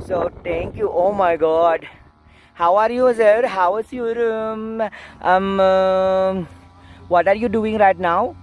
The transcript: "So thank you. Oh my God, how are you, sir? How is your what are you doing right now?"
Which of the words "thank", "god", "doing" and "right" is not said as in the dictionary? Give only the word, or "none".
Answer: thank